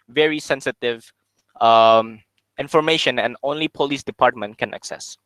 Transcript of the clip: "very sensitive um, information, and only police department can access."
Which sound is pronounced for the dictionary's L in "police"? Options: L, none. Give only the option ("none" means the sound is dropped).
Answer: L